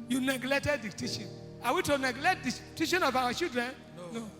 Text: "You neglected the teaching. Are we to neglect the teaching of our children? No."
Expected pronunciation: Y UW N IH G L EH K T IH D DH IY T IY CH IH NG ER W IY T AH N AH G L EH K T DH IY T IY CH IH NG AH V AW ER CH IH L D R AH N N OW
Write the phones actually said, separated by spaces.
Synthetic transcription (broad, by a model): Y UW N IH G L EH K T IH D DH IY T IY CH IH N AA W IY T AH N AH G L EH K T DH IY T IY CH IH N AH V AW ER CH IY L D R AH N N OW